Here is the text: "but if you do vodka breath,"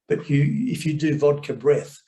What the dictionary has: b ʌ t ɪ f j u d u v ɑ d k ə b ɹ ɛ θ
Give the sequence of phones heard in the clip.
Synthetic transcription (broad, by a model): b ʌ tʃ ɪ f j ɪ d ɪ v ɑ d k ə b ɹ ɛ θ